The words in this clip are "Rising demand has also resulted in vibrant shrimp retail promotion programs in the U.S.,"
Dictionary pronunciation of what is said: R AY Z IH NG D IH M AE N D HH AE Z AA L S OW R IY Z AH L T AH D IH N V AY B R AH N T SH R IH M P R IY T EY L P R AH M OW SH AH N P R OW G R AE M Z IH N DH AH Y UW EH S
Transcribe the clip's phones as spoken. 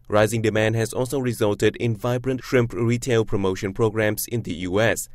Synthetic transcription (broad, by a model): R AY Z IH NG D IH M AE N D HH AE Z AA L S OW R IY Z AH L T AH D IH N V AY B R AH N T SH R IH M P R IY T EY L P R AH M OW SH AH N P R OW G R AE M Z IH N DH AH Y UW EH S